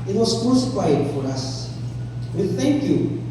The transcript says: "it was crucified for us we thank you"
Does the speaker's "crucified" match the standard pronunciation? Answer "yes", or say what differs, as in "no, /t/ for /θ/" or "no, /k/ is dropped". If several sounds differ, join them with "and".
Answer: no, /ɹ/ is dropped